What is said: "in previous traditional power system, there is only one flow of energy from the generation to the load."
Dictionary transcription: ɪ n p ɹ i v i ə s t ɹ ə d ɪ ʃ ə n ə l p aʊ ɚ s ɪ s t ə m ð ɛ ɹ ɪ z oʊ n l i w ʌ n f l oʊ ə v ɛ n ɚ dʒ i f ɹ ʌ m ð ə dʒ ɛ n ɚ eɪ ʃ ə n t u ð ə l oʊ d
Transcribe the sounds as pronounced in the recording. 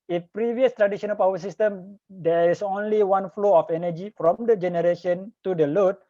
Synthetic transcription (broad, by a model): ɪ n p ɹ i v i ə s t ɹ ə d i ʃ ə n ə l p aʊ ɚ s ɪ s t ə m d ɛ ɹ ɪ s oʊ n l i w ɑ n f l oʊ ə f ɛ n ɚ dʒ i f ɹ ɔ m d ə dʒ ɛ n ɚ eɪ ʃ ə n t u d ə l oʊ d